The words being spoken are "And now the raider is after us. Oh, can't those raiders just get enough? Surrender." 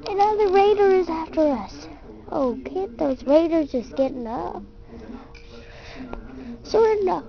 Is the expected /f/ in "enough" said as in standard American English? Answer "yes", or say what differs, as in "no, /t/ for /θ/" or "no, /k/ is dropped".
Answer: no, /p/ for /f/